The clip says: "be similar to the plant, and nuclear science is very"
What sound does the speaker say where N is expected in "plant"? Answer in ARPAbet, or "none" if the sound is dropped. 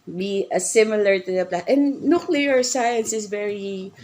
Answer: none